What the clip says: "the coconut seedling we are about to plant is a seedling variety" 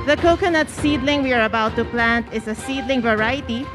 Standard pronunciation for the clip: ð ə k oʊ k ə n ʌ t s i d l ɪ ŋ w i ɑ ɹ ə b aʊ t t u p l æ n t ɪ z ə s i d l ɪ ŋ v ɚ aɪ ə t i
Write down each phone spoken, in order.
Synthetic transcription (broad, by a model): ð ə k oʊ k ə n ʌ t s i d l ɪ ŋ w i ɑ ɹ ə b aʊ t t u p l æ n t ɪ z ə s i d l ɪ ŋ v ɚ aɪ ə t i